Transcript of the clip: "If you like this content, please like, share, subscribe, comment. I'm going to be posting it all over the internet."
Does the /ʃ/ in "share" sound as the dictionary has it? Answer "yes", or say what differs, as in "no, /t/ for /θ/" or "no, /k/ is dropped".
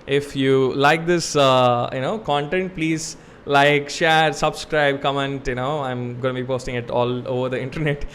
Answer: yes